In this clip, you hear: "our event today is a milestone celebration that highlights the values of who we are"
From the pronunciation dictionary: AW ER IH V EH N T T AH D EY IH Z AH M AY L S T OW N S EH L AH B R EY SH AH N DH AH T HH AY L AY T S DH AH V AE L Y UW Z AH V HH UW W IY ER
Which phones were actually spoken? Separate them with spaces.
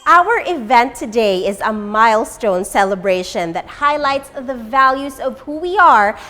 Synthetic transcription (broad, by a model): AW ER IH V EH N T T AH D EY IH Z AH M AY L S T OW N S EH L AH B R EY SH AH N DH AH T HH AY L AY T S DH AH V AE L Y UW Z AH V HH UW W IY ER